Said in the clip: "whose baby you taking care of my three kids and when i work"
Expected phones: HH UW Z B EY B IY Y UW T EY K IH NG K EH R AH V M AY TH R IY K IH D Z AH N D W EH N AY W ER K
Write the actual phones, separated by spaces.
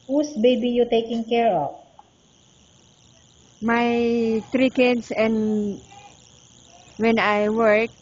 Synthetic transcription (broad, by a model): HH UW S B EY B IY Y UW T EY K IH NG K EH R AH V M AY T R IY K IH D S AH N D W EH N AY W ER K